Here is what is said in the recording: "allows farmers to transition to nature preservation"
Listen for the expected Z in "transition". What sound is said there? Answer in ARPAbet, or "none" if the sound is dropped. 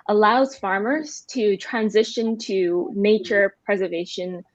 Z